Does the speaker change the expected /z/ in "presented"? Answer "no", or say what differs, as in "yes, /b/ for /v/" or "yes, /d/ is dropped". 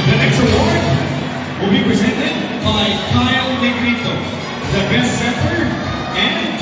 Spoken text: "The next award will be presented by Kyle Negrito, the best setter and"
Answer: no